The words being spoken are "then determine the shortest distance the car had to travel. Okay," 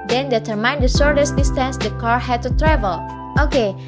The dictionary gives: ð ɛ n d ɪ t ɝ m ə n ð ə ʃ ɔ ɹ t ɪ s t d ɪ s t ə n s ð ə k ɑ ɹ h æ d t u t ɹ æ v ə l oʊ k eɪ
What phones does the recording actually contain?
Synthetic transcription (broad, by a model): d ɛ n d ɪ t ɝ m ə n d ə s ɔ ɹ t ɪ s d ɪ s t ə n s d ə k ɑ ɹ h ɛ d t u t ɹ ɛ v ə l oʊ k eɪ